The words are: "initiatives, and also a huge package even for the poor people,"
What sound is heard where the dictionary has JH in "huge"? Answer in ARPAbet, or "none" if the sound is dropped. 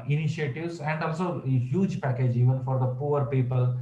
JH